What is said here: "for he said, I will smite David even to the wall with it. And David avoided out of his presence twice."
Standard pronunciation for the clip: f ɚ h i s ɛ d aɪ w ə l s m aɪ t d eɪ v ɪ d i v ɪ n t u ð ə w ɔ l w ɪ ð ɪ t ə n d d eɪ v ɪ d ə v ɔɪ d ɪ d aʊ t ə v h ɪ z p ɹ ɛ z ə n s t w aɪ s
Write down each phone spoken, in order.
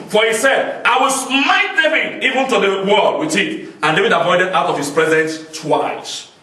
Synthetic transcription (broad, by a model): f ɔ h i s ɛ d aɪ w ə l s m aɪ t d eɪ v ɪ d i v ɪ n t u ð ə w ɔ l w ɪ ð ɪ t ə n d d eɪ v ɪ d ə p ɔɪ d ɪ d aʊ t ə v h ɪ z p ɹ ɛ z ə n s t w aɪ s